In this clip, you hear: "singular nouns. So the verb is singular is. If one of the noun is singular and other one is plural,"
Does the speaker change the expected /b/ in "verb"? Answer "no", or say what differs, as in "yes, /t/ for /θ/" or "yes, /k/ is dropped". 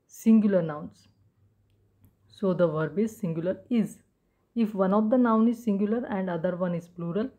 no